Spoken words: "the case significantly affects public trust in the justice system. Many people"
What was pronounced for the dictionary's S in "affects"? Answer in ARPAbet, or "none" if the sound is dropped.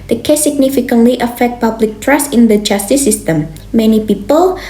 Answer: none